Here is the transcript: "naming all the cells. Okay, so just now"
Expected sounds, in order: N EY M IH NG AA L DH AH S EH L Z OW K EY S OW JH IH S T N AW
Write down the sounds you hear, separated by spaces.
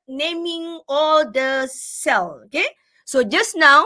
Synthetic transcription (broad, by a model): N EY M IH NG AA L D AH S EH L OW K EY S OW JH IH S N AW